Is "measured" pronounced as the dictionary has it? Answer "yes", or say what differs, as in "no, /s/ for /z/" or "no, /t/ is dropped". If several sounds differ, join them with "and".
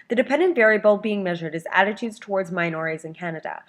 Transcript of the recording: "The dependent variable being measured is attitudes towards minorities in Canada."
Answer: yes